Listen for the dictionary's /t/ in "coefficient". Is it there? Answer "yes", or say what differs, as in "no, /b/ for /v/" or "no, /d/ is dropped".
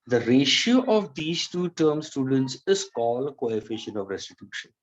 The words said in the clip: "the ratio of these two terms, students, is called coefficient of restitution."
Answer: no, /t/ is dropped